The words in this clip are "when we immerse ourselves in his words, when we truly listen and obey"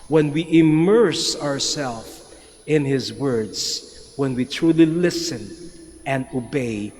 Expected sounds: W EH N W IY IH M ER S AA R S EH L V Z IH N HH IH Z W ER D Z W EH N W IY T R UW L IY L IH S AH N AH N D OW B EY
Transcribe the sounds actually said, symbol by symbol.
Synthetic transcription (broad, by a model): W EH N W IY IH M ER S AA R S EH L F IH N HH IH Z W ER D Z W EH N W IY T R UW L IY L IH S AH N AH N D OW B EY